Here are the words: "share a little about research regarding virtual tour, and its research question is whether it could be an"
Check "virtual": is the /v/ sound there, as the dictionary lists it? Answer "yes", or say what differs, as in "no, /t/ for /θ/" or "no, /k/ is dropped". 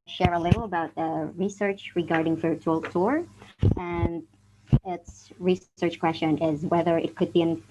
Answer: no, /f/ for /v/